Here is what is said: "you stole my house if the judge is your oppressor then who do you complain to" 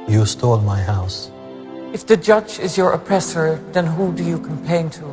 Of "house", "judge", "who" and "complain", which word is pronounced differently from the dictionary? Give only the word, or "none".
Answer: complain